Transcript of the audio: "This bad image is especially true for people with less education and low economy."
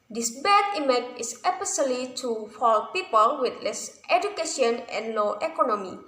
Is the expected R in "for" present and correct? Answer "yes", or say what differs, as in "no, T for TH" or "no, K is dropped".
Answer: no, L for R